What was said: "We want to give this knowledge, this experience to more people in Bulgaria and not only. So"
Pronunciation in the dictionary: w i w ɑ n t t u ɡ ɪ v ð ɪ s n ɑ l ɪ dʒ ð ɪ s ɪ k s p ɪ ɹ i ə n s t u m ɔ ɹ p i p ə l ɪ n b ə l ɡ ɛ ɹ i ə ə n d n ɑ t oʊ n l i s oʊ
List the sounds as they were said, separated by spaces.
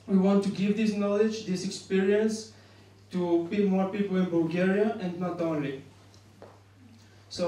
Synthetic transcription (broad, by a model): w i w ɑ n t t u ɡ ɪ v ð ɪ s n ɑ l ɪ dʒ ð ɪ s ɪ k s p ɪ ɹ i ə n s t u m ɔ ɹ p i p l ɪ n b ə l ɡ ɛ ɹ i ə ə n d n ɑ t oʊ n l i s oʊ